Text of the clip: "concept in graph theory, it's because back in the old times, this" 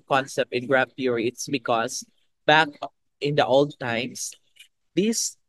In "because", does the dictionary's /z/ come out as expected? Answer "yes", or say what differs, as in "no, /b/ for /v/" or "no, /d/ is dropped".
no, /s/ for /z/